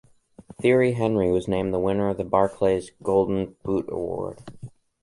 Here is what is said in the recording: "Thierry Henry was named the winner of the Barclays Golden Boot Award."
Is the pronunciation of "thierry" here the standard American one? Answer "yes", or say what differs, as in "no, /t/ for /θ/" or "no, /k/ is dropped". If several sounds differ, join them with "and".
yes